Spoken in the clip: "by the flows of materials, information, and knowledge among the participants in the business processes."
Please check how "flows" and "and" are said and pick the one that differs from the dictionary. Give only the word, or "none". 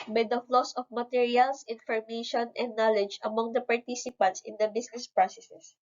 flows